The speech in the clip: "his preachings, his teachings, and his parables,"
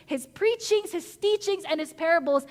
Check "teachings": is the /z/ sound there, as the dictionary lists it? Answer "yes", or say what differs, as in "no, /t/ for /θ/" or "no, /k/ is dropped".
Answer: yes